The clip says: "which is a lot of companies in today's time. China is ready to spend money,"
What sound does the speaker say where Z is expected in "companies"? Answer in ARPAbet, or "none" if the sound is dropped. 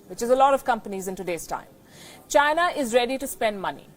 Z